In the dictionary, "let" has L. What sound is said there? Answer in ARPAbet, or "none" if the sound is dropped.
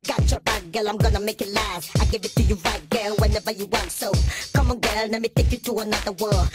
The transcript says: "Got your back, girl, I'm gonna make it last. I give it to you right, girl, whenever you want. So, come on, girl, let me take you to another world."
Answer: N